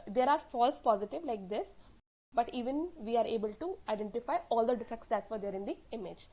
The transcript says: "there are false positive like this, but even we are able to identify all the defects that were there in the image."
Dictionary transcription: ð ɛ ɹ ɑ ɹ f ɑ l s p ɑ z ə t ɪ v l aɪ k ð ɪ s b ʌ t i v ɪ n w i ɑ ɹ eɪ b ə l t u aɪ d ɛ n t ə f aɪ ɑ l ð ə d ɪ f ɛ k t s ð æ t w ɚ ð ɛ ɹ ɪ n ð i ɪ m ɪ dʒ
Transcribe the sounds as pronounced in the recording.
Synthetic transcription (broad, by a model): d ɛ ɹ ɑ ɹ f ɑ l s p ɑ z ə t ɪ v l aɪ k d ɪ s b ʌ t i v ɪ n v i ɑ ɹ eɪ b ə l t u aɪ d ɛ n t ə f aɪ ɑ l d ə d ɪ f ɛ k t s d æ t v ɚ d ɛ ɹ ɪ n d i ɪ m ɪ dʒ